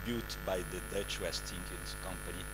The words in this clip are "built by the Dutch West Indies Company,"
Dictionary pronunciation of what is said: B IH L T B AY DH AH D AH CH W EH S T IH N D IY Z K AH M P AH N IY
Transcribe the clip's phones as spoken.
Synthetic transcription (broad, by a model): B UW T B AY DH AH D AH CH W EH S T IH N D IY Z K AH M P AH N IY